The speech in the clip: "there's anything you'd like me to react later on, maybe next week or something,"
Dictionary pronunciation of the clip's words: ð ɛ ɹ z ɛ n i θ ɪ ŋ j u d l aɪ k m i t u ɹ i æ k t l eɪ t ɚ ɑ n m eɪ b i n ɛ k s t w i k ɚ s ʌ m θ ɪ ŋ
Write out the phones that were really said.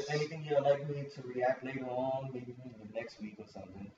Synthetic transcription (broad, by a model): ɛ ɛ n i t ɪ ŋ j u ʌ l aɪ k m i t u ɹ i æ k t l eɪ t ɚ ɑ n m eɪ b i n ɛ k s t w i k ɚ s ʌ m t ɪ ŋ